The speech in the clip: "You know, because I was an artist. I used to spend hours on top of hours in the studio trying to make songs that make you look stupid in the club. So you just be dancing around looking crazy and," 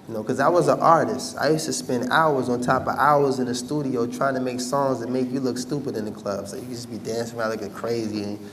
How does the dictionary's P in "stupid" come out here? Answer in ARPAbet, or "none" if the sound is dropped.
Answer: P